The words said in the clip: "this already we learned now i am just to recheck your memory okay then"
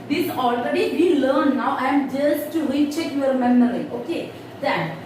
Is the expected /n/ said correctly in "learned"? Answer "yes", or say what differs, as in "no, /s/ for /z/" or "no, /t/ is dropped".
no, /n/ is dropped